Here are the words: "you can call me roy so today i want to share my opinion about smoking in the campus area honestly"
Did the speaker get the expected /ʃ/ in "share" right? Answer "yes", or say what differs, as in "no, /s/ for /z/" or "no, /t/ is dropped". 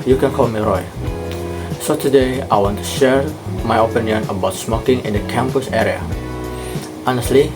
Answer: yes